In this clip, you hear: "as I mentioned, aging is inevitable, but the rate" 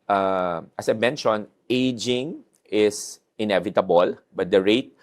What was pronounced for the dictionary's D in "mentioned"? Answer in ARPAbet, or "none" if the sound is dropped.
none